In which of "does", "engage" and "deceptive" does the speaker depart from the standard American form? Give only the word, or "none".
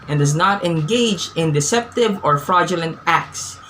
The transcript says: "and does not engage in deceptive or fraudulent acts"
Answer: none